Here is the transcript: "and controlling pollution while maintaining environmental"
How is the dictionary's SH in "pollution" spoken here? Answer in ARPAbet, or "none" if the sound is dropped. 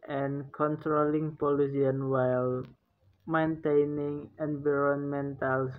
S